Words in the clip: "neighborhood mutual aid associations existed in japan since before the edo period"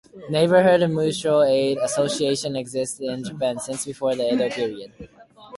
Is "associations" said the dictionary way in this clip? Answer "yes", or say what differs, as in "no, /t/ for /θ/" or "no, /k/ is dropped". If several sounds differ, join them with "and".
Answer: no, /z/ is dropped